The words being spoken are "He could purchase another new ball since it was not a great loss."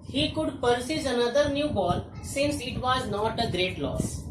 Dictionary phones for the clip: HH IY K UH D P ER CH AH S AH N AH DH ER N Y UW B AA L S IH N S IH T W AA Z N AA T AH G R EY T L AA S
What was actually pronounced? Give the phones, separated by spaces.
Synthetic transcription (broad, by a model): HH IY K UH D P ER S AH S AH N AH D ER N Y UW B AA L S IH N S IH T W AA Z N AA T AH G R EY T L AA S